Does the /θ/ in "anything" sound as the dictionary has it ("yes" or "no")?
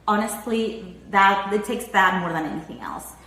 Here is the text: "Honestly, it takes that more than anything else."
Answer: yes